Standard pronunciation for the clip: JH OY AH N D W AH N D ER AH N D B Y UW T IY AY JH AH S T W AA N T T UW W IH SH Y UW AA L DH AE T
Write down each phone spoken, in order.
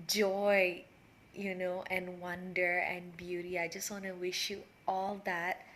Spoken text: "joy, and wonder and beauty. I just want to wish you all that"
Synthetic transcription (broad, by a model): JH OY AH N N W AH N D ER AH N B Y UW T IY AY JH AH S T W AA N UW W IH SH Y UW AA L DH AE T